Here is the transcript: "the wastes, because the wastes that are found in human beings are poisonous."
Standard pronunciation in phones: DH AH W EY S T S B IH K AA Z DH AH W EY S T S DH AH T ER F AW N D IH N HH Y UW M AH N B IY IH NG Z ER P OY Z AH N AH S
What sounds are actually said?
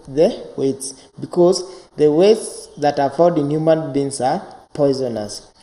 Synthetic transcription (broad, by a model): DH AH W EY T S B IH K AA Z DH AH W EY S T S DH AH T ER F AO D IH N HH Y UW M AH N B IY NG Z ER P OY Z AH N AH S